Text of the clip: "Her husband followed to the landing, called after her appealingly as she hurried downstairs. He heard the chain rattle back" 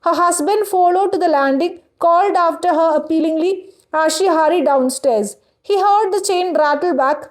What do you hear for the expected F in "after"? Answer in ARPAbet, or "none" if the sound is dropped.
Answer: F